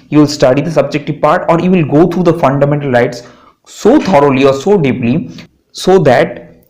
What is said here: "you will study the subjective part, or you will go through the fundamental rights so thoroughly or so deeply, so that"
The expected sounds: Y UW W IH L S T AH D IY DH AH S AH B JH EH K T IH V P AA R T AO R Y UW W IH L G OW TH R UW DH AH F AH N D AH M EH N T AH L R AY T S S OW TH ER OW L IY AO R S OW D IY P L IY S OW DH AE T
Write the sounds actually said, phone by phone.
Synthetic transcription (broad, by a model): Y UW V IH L S T AH D IY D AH S AH B JH EH K T IH V P AA R T AO R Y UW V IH L G OW T R UW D AH F AH N D AH M EH N T AH L R AY T S S OW T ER OW L IY AO R S OW D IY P L IY S OW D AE T